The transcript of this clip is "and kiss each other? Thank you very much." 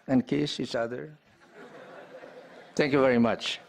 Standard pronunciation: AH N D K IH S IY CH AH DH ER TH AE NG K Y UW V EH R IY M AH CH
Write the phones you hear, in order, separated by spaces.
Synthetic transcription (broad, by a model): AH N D K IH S IY CH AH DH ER T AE NG K Y UW V EH R IY M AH CH